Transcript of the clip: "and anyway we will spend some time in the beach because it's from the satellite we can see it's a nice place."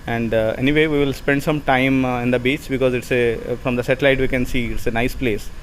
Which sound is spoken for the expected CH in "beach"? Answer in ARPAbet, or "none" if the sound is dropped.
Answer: CH